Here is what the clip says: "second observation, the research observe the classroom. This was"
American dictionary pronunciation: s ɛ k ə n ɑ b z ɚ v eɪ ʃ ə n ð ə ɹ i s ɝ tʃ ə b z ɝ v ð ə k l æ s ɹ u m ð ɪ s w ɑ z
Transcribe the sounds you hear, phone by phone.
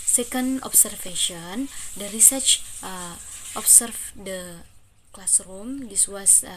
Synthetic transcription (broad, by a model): s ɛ k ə n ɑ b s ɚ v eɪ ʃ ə n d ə ɹ i s ɝ tʃ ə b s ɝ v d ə k l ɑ s ɹ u m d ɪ s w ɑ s